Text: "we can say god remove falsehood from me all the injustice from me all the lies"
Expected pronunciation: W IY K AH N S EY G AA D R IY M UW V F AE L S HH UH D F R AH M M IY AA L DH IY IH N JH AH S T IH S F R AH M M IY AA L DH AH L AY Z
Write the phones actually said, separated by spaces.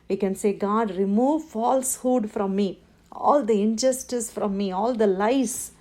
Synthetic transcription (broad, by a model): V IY K AH N S EY G AA D R IY M UW V F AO L S HH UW D F R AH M M IY AA L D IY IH N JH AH S T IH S F R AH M M IY AA L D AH L AY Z